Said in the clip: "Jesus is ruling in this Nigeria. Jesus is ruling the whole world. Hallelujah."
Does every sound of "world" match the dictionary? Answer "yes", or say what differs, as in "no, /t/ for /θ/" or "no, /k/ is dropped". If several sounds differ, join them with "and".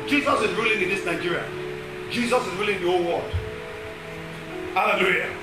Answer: no, /l/ is dropped